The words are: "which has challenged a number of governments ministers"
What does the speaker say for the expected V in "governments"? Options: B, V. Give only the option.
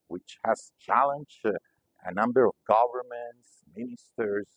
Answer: V